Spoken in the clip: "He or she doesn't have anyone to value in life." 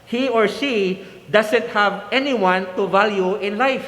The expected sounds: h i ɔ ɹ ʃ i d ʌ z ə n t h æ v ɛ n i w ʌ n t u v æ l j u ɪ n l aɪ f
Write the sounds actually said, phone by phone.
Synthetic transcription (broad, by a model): h i ɔ ɹ ʃ i d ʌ s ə n t h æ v ɛ n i w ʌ n t u v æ l j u ɪ n l aɪ f